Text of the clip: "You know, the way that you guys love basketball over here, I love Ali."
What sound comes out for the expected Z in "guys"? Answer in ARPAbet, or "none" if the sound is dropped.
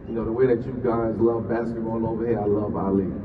Z